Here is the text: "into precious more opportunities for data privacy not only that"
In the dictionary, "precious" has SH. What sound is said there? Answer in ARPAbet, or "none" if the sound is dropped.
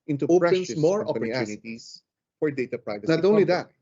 none